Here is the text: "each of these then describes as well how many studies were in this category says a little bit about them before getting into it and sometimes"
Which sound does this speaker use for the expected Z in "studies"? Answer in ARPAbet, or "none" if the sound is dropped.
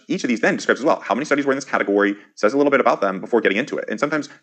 Z